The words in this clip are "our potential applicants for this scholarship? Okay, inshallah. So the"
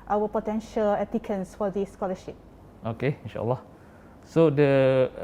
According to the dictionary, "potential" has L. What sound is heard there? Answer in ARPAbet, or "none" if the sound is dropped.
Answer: L